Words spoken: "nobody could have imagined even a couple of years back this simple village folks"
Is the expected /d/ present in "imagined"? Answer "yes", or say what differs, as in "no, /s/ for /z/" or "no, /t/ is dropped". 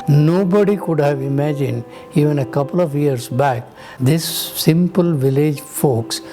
yes